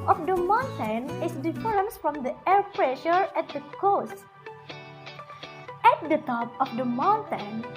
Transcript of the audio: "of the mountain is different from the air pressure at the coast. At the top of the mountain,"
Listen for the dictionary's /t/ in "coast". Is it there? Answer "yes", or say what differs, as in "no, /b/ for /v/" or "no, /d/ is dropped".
yes